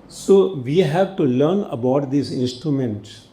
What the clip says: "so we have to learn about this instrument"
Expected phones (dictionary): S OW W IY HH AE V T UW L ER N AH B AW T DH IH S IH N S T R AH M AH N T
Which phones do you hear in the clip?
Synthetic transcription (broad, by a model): S OW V IY HH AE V T UW L ER N AH B AW T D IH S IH N S T R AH M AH N T